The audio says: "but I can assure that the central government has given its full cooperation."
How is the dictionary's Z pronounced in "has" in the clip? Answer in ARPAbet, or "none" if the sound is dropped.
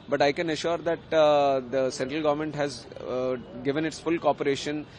Z